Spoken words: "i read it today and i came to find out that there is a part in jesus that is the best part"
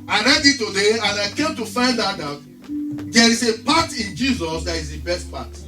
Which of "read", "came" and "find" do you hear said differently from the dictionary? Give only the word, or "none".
none